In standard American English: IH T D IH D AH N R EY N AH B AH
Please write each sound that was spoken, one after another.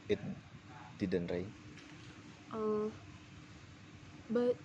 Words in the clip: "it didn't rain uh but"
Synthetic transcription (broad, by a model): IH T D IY D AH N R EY AH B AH